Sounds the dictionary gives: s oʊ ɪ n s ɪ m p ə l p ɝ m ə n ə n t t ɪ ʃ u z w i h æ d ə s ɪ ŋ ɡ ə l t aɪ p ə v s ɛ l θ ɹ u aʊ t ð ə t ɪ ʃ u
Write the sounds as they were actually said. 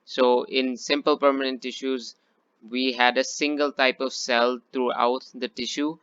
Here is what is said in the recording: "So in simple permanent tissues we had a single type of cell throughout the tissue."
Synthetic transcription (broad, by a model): s oʊ ɪ n s ɪ m p ə l p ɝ m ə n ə n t t ɪ ʃ u z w i h æ d ə s ɪ ŋ ɡ ə l t aɪ p ə v s ɛ l t ɹ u aʊ t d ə t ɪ ʃ u